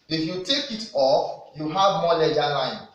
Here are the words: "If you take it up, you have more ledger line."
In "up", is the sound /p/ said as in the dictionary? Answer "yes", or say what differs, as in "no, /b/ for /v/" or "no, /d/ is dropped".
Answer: no, /f/ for /p/